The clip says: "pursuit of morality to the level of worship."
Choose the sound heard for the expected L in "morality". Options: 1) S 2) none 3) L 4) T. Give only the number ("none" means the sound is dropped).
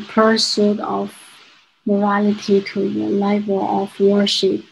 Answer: 3